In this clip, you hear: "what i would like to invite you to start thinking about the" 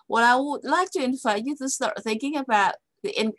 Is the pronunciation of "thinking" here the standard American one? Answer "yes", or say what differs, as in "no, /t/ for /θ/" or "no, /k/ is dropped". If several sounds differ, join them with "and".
yes